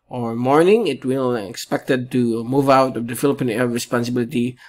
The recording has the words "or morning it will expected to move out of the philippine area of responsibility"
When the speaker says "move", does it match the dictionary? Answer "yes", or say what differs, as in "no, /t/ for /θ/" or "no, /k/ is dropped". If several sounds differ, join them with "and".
yes